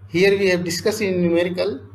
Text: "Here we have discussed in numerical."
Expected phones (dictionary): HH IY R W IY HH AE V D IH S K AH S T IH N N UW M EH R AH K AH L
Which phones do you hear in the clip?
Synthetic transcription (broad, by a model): HH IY R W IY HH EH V D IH S K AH S IH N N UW M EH R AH K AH L